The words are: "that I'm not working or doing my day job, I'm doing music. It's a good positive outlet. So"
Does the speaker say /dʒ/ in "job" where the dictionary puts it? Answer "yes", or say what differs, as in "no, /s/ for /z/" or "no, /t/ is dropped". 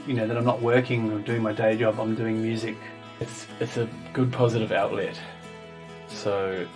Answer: yes